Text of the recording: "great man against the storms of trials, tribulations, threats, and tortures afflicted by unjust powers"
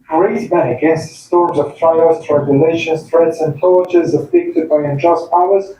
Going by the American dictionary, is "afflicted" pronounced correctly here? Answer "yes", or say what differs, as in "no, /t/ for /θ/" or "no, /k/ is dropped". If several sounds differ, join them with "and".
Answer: no, /l/ is dropped